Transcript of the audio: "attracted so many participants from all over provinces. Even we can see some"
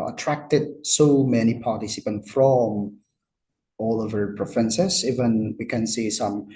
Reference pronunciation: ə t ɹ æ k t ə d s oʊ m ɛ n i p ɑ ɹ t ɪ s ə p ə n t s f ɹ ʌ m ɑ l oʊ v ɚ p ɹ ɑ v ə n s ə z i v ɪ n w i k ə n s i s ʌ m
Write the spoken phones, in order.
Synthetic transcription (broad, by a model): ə t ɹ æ k t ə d s oʊ m ɛ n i p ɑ ɹ t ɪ s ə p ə n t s f ɹ ʌ m ɑ l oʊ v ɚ p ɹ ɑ f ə n s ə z i v ɪ n w i k ə n s i s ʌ m